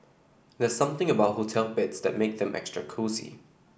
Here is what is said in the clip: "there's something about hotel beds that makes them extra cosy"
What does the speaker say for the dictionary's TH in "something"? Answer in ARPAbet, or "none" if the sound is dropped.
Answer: TH